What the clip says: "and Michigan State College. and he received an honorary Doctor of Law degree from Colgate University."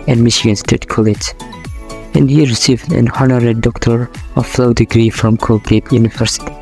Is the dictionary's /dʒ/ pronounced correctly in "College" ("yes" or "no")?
no